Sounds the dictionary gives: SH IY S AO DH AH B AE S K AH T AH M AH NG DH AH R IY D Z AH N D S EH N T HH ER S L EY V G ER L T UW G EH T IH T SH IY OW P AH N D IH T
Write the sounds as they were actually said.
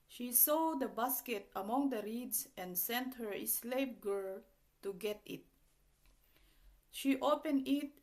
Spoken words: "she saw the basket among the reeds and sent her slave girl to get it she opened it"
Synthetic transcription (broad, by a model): SH IY S AO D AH B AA S K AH T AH M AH NG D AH R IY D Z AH N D S EH N T HH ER S L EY P G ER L T UW G EH T IH T SH IY OW P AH N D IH T